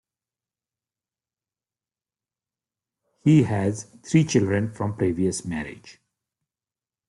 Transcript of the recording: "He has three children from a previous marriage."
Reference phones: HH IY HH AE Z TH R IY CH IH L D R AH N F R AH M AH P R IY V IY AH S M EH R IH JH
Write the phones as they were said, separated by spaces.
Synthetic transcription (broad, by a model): HH IY HH AE Z T R IY CH IH L D R AH N F R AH M P R IY V IY AH S M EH R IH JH